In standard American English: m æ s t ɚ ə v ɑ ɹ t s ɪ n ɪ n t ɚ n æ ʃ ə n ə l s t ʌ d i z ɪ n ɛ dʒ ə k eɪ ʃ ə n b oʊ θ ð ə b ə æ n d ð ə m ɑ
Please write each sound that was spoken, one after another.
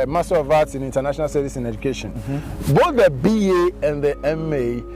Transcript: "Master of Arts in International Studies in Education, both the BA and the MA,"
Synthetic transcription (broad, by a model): m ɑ s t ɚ ə v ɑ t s ɪ n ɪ n t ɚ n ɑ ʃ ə n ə l s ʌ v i s ɪ n ɛ dʒ ə k eɪ ʃ ə n b oʊ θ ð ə b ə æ n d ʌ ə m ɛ